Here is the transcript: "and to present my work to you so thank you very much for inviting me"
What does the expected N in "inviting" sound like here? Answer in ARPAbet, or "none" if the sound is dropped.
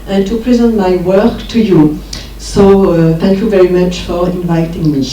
N